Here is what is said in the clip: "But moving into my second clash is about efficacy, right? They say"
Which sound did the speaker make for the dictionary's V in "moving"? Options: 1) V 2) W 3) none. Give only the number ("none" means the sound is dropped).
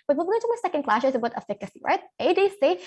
3